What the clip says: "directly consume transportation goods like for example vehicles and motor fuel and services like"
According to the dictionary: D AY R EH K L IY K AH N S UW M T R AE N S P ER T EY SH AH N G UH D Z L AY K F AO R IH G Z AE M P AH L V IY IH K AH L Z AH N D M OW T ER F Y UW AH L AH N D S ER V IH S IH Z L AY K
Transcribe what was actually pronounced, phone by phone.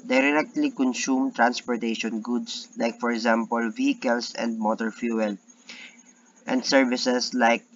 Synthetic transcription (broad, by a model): D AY R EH K L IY K AH N S UW M T R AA N S P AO T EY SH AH N G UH D S L AY K F AO R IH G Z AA M P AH L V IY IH K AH L S AH N D M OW T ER F Y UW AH L AH N D S ER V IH S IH S L AY K